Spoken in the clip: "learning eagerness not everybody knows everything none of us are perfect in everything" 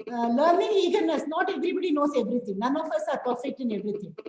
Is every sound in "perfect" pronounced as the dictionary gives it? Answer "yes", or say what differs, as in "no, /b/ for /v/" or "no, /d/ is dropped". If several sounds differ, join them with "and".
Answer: no, /k/ is dropped